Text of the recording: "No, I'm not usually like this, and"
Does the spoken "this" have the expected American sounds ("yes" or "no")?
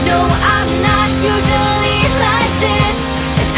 no